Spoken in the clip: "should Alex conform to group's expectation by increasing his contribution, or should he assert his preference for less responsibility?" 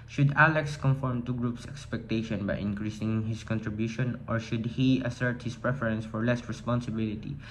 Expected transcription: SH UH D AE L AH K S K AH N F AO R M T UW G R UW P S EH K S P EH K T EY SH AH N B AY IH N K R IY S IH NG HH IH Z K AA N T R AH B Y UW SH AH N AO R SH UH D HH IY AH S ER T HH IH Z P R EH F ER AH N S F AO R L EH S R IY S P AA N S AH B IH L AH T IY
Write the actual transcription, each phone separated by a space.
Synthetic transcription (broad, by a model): SH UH D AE L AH K S K AH N F AO R M T UW G R UW P S EH K S P EH K T EY SH AH N B AY IH N K R IY S IH NG HH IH S K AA N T R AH B Y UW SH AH N AO R SH UH D HH IY AH S ER T HH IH S P R EH F ER AH N S F AO R L EH S R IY S P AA N S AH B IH L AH T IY